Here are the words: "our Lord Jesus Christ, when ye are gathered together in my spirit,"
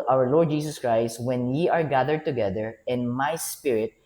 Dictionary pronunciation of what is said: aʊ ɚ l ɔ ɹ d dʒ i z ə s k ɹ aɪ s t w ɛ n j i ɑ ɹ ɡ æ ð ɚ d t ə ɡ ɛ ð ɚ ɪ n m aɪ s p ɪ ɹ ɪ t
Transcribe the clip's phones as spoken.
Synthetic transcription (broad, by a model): aʊ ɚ l ɔ ɹ d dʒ i s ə s k ɹ aɪ s t w ɛ n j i ɑ ɹ ɡ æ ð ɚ d t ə ɡ ɛ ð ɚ ɪ n m aɪ s p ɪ ɹ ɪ t